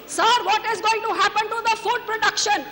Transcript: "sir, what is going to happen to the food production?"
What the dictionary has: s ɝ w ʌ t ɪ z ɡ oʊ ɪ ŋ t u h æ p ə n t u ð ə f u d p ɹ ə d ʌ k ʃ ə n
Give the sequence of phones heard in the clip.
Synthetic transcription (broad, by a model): s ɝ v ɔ t ɪ z ɡ oʊ ɪ ŋ t u h æ p ə n t u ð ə f u d p ɹ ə d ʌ k ʃ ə n